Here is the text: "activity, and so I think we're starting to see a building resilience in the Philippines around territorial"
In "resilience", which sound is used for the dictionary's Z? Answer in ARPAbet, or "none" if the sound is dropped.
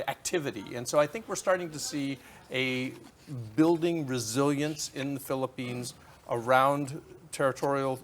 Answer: Z